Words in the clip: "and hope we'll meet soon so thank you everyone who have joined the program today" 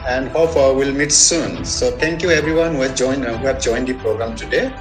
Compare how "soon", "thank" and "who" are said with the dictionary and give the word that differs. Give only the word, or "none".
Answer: thank